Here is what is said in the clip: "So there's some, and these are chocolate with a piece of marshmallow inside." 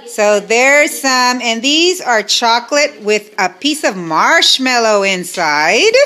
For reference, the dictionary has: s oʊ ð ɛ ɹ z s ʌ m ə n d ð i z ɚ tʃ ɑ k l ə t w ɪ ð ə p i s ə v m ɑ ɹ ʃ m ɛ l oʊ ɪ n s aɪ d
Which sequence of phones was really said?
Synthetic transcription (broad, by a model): s oʊ ð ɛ ɹ s ʌ m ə n ð i z ɚ tʃ ɑ k l ə t w ɪ ð ə p i s ə v m ɑ ɹ ʃ m ɛ l oʊ ɪ n s aɪ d